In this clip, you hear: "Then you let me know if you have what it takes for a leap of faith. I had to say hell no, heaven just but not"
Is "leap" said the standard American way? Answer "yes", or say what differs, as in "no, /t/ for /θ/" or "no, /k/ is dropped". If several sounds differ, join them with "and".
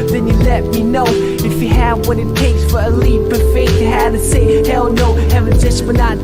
no, /b/ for /p/